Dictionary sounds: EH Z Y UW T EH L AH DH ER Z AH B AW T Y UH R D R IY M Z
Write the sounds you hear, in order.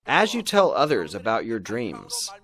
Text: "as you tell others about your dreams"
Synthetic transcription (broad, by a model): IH Z Y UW T EH L AH DH ER Z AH B AW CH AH R D R IY M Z